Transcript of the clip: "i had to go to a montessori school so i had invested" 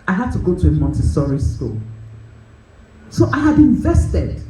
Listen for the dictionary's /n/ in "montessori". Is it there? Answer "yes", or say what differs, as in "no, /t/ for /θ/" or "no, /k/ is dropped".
yes